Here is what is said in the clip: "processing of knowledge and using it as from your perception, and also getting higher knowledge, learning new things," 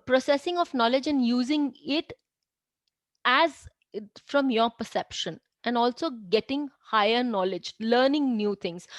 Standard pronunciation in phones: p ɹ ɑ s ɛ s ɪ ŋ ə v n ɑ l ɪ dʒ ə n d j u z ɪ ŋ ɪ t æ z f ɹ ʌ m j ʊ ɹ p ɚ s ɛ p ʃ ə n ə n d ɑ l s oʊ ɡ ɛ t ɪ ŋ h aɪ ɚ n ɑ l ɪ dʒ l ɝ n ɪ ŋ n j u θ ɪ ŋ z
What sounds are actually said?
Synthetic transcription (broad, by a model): p ɹ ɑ s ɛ s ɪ ŋ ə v n ɑ l ɪ dʒ ə n d j u z ɪ ŋ ɪ t æ z f ɹ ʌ m j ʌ ɹ p ɚ s ɛ p ʃ ə n ə n d ɑ l s oʊ ɡ ɛ t ɪ ŋ h aɪ ɚ n ɑ l ɪ dʒ l ɝ n ɪ ŋ n j u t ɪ ŋ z